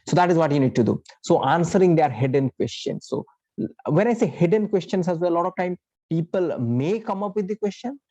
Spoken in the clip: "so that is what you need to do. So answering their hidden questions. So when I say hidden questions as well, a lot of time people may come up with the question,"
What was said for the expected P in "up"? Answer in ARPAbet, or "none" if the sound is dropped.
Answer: P